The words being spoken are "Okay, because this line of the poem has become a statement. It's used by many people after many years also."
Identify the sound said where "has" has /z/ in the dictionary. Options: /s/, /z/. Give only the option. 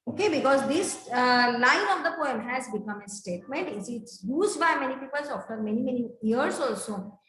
/z/